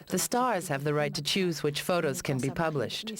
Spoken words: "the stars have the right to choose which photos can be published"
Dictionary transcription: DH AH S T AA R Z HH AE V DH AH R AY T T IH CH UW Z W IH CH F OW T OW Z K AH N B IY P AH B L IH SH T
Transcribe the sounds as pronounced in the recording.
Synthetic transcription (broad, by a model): DH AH S T AA R Z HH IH V DH AH R AY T T IH CH UW Z W IH CH F OW T OW Z K AH N B IY P AH B L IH SH T